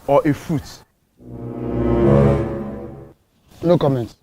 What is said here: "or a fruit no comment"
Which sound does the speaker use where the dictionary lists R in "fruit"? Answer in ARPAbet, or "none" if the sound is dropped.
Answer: none